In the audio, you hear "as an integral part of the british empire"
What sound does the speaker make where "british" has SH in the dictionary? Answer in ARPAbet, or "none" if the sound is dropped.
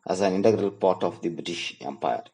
SH